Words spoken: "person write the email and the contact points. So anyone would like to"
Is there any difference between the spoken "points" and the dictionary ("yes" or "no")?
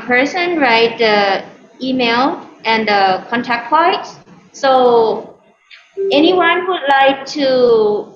yes